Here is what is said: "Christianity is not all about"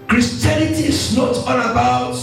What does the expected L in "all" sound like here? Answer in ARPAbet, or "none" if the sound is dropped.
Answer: N